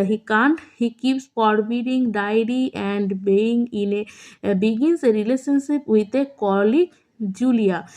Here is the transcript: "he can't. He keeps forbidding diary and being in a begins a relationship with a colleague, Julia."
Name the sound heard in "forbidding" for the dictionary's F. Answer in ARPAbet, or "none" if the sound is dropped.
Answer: P